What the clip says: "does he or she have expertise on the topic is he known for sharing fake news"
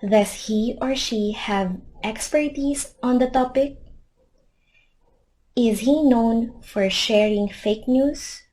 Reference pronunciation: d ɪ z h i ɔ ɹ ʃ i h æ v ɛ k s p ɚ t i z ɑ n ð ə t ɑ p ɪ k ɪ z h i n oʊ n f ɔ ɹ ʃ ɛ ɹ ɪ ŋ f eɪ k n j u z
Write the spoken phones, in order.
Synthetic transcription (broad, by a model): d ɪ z h i ɔ ɹ ʃ i h æ v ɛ k s p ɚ t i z ɑ n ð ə t ɑ p ɪ k ɪ z h i n oʊ n f ɔ ɹ ʃ ɛ ɹ ɪ ŋ f eɪ k n j u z